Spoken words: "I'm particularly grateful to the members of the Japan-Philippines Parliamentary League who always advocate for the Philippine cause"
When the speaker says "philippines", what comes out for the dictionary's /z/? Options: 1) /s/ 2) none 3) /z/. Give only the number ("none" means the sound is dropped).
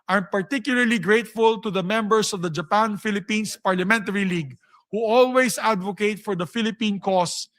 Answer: 1